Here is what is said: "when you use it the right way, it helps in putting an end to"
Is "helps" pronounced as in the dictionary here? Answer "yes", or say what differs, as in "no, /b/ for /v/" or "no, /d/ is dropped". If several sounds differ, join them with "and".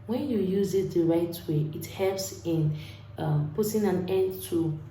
yes